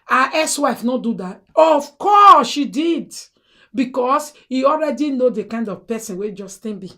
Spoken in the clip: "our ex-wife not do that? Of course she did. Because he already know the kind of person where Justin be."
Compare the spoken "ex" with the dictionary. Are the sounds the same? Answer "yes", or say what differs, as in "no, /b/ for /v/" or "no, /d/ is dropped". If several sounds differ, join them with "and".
no, /k/ is dropped